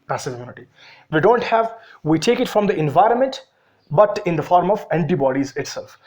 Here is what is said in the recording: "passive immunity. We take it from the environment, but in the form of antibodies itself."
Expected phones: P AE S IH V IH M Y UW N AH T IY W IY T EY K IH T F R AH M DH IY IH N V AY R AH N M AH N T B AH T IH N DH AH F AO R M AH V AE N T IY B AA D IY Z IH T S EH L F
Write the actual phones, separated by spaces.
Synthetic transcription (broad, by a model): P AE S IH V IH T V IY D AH T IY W IY T EY K IH T F R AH M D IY IH N V AY R AH N M AH N T B AH T IH N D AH F AO R M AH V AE N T IY B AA D IY Z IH T S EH L F